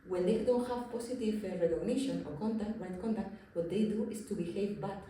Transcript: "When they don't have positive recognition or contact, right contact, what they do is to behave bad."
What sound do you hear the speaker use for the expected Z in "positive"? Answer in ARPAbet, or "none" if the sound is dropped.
S